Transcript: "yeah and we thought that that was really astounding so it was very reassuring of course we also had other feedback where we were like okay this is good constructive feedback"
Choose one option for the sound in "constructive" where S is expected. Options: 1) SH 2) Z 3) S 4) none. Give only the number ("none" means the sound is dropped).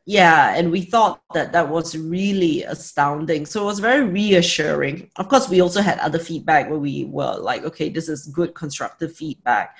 3